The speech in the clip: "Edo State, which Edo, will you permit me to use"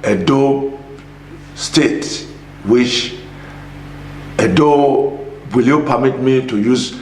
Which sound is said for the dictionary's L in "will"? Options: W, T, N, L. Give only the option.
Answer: L